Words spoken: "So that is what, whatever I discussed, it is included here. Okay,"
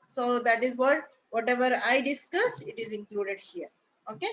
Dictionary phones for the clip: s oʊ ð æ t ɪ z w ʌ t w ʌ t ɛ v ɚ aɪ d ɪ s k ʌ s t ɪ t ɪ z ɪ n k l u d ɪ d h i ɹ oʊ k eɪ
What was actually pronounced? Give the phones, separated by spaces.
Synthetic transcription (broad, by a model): s oʊ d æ t ɪ z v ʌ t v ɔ t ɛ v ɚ aɪ d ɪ s k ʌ s ɪ t ɪ z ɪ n k l u d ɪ d h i ɹ oʊ k eɪ